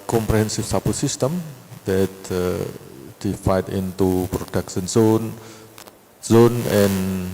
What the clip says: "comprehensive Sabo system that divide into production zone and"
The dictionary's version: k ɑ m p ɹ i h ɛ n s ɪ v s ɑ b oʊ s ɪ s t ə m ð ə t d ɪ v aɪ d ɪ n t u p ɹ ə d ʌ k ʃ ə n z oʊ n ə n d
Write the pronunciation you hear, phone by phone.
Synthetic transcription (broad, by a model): k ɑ m p ɹ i h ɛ n s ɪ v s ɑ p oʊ s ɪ s t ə m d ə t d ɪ f aɪ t ɪ n t u p ɹ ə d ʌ k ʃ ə n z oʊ n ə n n